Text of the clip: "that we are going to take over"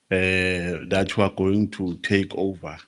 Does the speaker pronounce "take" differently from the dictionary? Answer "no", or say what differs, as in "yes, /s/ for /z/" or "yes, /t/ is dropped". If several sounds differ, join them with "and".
no